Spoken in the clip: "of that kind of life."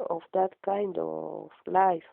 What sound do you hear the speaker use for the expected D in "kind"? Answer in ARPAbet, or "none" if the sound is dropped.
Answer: D